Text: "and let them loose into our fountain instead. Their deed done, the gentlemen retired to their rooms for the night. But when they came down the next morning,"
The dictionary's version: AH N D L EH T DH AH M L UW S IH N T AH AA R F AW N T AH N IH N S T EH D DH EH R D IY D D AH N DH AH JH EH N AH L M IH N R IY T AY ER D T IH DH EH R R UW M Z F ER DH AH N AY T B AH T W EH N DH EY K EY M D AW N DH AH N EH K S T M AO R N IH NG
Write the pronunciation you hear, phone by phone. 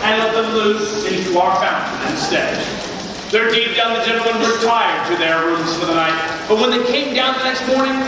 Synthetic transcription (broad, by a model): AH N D L EH T DH AH M L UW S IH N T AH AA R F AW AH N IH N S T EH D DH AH R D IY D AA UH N DH AH JH EH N L M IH N W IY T AY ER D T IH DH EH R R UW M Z F ER DH AH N AY T B AH T W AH N DH EY K EY M D AW N DH AH N EH K S T M AO R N IH NG